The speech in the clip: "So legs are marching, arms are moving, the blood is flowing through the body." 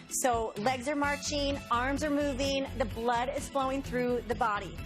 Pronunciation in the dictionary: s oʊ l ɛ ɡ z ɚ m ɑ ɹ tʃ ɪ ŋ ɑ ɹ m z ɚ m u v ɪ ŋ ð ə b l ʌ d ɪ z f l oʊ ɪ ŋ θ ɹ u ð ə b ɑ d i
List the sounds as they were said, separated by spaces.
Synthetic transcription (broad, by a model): s oʊ l ɛ ɡ z ɚ m ɑ ɹ tʃ ɪ ŋ ɑ ɹ m z ɚ m u v ɪ ŋ ð ə b l ʌ d ɪ z f l oʊ ɪ ŋ θ ɹ u ð ə b ɑ d i